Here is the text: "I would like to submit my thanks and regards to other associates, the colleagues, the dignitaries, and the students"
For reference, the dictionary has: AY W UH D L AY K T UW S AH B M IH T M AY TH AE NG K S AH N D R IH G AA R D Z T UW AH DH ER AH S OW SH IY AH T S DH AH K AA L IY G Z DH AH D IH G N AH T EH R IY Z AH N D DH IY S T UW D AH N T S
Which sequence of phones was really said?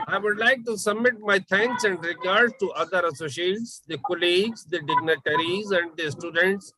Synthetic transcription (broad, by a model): AY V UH D L AY K T UW S AH B M IH T M AY T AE NG K S AH N D R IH G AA R D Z T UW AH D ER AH S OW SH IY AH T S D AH K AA L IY G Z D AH D IH G N AH T EH R IY Z AH N D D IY S T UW D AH N T S